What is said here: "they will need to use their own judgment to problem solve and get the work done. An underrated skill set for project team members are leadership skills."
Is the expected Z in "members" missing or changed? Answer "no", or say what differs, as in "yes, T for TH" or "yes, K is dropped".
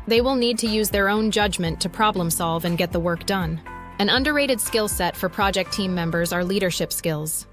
no